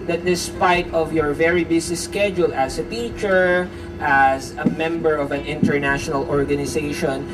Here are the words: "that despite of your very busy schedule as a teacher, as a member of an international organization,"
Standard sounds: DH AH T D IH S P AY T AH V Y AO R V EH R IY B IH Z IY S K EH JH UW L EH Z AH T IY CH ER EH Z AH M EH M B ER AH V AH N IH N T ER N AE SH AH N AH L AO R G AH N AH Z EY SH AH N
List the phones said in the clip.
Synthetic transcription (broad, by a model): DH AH T D IH S P AY T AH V Y AO R V EH R IY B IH S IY S K EH JH UW L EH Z AH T IY CH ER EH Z AH M EH M B ER AH V AH N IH N T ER N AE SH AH N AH L AO R G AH N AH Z EY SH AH N